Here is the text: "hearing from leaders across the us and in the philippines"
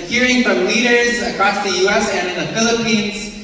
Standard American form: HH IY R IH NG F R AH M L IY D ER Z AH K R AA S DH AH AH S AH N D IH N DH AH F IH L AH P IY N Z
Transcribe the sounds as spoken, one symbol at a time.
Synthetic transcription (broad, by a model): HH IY R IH NG F R AH M L IY D ER Z AH K R AA S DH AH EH S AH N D IH N DH AH F IH L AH P IY N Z